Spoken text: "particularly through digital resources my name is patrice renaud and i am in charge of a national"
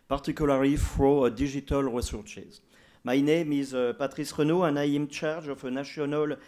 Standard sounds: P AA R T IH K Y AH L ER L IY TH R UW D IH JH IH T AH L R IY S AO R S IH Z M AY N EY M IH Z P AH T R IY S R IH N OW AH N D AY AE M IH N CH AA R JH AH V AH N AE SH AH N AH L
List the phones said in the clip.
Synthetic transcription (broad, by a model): P AA R T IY K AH L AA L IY F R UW D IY ZH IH T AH L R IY S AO R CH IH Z M AY N EY M IH Z P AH T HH IY S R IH N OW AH N AY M CH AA R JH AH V AH N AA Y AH N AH L